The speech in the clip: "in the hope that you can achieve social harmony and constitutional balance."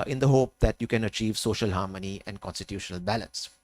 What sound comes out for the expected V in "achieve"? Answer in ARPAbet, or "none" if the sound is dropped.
V